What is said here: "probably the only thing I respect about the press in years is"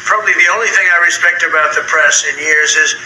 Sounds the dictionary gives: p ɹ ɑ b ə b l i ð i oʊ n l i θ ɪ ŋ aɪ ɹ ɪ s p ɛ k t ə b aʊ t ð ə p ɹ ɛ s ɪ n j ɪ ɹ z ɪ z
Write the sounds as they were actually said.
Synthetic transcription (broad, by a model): p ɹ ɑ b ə b l i ð i oʊ n l i θ ɪ ŋ aɪ ɹ ɪ s p ɛ k t ə b aʊ t ð ə p ɹ ɛ s ɪ n j ɪ ɹ z ɪ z